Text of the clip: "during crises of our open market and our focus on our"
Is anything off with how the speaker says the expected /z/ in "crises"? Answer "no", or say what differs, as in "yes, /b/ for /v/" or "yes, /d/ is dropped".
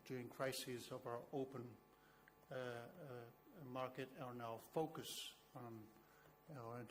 no